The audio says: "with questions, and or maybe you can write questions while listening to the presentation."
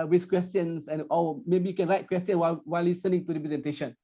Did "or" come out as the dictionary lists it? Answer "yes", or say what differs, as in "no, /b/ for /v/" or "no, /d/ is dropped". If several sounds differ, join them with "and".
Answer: no, /l/ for /ɹ/